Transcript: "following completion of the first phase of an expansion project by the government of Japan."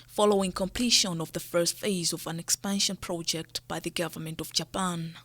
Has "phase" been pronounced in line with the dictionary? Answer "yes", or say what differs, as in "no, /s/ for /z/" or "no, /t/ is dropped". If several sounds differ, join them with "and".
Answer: yes